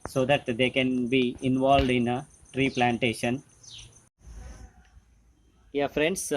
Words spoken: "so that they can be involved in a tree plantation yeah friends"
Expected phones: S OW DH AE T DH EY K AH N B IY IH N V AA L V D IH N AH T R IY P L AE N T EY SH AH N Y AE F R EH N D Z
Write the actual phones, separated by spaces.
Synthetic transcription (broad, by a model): S OW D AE T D EY K AH N B IY IH N V AA L V D IH N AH T R IY P L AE N T EY SH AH N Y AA F R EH N D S